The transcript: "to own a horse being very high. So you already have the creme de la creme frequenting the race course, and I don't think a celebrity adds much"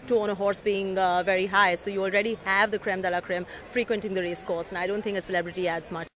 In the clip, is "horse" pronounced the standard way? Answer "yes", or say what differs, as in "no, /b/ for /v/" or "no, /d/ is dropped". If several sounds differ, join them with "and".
yes